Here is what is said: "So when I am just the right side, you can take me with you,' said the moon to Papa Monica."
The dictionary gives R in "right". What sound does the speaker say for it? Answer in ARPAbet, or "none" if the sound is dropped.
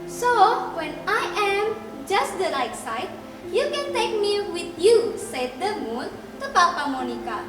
L